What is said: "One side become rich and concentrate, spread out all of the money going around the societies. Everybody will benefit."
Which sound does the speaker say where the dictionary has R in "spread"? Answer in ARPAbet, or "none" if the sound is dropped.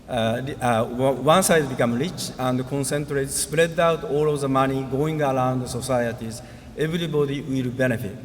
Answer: R